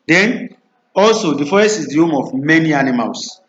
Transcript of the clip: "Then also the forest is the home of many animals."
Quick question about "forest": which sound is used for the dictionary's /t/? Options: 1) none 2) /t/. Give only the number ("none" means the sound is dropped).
1